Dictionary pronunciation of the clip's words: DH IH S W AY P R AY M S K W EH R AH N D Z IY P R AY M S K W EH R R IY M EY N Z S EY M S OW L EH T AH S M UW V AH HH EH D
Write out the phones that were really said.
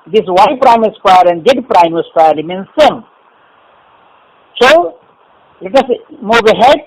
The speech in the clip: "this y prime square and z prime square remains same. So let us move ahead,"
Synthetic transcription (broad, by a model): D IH S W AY P R AY M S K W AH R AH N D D P R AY M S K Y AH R L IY M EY N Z S EY M S OW L EH T AH S M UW B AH HH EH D